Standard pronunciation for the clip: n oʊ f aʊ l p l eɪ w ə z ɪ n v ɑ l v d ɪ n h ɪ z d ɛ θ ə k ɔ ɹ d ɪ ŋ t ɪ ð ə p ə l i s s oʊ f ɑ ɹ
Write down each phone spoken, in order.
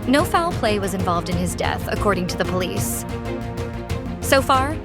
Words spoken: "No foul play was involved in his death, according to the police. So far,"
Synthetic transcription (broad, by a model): n oʊ f aʊ l p l eɪ w ə z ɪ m v ɑ l v d ɪ n ɪ z d ɛ θ ə k ɔ ɹ d ɪ ŋ t ɪ ð ə p ə l i s s oʊ f ɑ ɹ